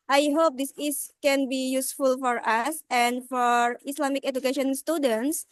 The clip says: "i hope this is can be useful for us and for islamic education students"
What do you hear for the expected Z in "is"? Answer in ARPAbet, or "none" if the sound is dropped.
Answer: S